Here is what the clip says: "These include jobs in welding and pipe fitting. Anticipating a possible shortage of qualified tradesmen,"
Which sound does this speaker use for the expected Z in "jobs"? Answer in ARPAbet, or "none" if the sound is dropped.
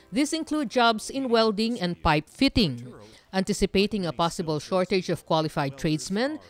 S